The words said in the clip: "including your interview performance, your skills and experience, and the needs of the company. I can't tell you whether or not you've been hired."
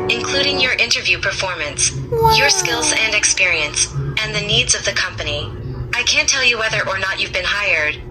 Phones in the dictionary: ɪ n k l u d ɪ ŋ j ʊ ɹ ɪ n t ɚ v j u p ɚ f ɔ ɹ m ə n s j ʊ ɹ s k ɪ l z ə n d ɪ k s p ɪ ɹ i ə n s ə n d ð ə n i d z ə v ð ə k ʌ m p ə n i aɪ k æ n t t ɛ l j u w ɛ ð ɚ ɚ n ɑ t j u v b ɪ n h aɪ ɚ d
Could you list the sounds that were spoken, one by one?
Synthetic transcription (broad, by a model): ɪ n k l u d ɪ ŋ j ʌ ɹ ɪ n t ɚ v j u p ɚ f ɔ ɹ m ə n s j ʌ ɹ s k ɪ l z ə n d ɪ k s p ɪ ɹ i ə n s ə n ð ə n i d z ə v ð ə k ʌ m p ə n i aɪ k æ n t t ɛ l j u w ɛ ð ɚ ɚ n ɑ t j u v b ɪ n h aɪ ɚ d